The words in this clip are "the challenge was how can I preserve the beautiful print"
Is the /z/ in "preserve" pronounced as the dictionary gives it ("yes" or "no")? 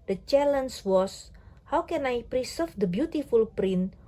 no